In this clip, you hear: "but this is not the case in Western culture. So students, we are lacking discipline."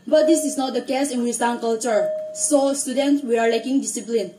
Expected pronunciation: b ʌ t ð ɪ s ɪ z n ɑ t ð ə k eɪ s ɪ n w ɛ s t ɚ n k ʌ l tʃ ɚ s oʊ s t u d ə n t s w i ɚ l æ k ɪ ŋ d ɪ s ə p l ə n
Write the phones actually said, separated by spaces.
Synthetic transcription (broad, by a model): b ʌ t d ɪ s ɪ s n ɑ t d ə k eɪ s ɪ n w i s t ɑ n k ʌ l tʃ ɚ s oʊ s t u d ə n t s w i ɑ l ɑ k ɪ ŋ d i s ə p l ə n